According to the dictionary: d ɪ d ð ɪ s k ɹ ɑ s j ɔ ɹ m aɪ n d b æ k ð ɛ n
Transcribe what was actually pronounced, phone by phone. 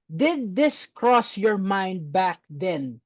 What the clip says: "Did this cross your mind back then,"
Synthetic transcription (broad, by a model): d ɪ d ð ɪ s k ɹ ɑ s j ɔ ɹ m aɪ n d b æ k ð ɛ n